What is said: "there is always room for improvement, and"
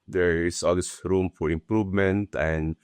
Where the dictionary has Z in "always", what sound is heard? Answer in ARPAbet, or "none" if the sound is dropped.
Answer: S